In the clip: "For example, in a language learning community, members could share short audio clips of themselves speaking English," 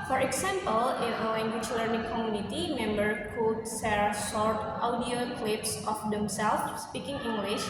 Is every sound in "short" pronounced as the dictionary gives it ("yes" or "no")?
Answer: no